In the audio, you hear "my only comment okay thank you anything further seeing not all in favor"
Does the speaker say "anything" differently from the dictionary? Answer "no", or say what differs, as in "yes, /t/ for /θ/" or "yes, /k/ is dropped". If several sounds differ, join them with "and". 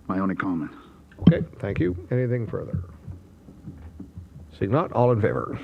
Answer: no